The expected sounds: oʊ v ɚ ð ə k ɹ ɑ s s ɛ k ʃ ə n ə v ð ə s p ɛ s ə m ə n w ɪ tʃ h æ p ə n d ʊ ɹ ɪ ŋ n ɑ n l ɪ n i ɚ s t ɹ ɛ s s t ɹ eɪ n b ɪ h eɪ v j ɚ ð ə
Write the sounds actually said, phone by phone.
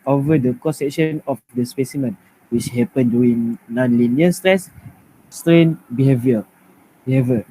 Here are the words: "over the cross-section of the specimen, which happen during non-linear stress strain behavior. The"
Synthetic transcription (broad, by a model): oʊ v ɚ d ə k ɑ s s ɛ k ʃ ə n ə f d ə s p ɛ s ə m ə n w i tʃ h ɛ p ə n d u ɪ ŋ n ɑ n l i n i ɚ s t ɹ ɛ s s t ɹ eɪ n b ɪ h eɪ v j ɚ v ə